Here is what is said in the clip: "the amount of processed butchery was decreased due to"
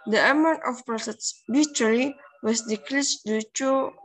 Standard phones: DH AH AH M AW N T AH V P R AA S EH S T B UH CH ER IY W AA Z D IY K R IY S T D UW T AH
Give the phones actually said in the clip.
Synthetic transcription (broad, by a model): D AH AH M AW N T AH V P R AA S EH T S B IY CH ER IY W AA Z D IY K L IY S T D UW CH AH